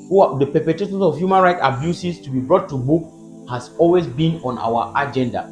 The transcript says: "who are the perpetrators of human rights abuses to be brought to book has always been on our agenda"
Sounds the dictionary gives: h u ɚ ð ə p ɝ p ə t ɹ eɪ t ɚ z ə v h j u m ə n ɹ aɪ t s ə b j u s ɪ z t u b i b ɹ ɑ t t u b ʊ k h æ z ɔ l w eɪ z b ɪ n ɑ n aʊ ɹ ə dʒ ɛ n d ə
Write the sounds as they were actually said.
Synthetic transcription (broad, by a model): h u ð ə p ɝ p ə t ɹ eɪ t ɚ s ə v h j u m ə n ɹ aɪ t ə b j u s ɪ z t u b i b ɹ ɑ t t u b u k h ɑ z ɔ l w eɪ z b ɪ n ɑ n aʊ w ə dʒ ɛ n d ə